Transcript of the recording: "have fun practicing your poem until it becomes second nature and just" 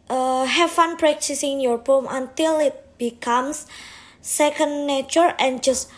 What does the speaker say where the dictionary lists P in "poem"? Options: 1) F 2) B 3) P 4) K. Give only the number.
2